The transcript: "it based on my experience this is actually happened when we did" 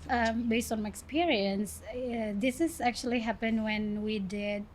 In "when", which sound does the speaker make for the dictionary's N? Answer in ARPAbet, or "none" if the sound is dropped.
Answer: N